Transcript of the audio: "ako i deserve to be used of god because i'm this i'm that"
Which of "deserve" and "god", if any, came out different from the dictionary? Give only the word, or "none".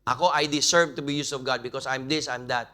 deserve